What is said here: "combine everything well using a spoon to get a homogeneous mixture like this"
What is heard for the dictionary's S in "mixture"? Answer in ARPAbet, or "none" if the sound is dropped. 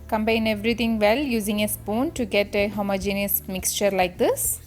S